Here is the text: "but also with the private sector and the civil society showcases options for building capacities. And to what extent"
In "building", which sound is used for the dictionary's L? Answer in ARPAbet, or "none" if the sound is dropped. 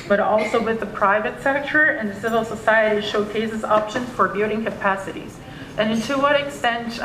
none